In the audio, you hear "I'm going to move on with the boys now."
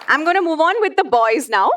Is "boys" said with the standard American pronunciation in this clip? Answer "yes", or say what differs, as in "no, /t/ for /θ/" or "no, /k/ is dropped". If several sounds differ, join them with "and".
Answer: yes